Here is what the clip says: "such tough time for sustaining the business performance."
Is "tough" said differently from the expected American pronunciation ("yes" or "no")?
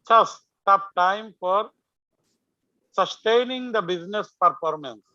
yes